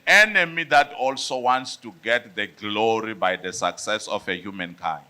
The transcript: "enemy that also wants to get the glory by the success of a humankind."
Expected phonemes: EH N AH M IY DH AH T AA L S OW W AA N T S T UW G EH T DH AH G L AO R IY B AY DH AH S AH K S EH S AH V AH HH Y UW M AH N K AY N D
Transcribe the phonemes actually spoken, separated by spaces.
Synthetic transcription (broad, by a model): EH N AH M IY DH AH T AA L S OW W AA N T S T UW G EH T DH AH G L AO R IY B AY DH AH S AH K S EH S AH F AH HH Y UW M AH N K AY N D